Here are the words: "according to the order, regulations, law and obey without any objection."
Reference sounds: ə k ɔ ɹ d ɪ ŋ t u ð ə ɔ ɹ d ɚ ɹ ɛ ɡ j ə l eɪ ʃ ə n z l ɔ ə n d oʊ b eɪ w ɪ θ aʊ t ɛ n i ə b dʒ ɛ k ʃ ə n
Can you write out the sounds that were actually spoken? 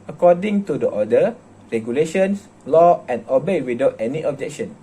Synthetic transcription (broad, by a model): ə k ɔ d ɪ ŋ t u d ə ɔ d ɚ ɹ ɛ ɡ j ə l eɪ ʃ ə n s l ɔ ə n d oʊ b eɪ w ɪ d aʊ t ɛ n i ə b dʒ ɛ k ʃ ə n